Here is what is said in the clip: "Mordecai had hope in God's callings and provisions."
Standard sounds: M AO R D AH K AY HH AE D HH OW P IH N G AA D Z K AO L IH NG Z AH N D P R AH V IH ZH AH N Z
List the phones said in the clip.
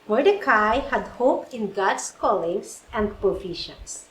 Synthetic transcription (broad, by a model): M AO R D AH K AY HH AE D HH OW P IH N G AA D S K AO L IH NG S AH N D P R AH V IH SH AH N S